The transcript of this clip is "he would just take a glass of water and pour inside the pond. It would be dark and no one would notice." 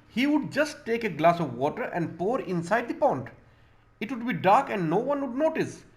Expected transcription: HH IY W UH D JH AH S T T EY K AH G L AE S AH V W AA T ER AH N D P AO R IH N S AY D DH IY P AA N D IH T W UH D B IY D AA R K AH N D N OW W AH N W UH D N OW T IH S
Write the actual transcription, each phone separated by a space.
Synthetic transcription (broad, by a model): HH IY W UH D JH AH S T T EY K AH G L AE S AH V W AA T ER AH N D P AO R IH N S AY D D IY P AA N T IH T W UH D B IY D AA R K AH N D N OW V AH N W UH D N OW T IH S